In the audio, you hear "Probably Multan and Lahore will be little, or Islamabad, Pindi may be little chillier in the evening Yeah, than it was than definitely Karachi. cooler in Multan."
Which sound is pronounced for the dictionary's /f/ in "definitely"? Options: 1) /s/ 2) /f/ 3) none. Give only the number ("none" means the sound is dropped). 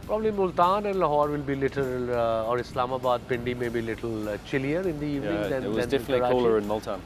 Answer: 3